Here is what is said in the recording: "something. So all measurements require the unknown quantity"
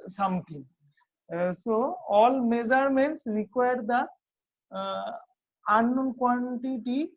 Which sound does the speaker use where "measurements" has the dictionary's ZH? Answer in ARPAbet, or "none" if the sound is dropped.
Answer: Z